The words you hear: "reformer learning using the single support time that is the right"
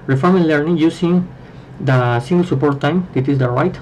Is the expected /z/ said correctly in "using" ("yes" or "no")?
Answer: no